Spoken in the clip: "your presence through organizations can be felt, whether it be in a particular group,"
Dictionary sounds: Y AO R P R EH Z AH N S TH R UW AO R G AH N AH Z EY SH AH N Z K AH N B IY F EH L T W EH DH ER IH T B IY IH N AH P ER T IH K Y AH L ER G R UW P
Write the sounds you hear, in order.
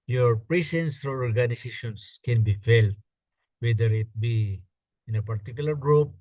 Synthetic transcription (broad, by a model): Y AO R P R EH S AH N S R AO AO R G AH N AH S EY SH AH N S K AH N B IY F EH L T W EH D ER IH T B IY IH N AH P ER T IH K Y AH L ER G R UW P